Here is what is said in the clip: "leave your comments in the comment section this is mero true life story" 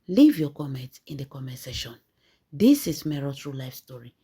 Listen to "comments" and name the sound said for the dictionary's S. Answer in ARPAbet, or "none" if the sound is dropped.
none